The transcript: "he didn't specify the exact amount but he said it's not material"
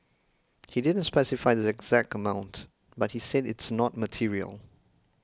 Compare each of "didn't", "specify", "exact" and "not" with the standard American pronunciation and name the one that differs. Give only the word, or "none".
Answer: none